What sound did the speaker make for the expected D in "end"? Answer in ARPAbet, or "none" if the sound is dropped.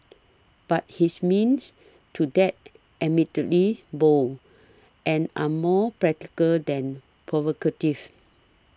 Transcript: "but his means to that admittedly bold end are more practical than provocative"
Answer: none